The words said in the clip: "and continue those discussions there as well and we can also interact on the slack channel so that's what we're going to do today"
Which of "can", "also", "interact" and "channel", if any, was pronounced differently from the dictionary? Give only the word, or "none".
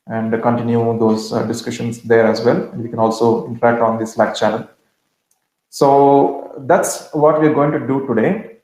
channel